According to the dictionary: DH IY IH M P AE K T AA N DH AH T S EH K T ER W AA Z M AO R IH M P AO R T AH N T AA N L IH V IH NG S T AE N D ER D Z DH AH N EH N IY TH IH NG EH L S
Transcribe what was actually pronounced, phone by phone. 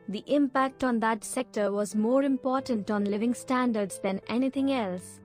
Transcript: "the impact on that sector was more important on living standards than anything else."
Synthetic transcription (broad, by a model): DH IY IH M P AE K T AA N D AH T S EH K T ER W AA Z M AO R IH M P AO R T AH N T AA N L IH V IH NG S T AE N D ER D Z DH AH N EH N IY T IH NG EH L S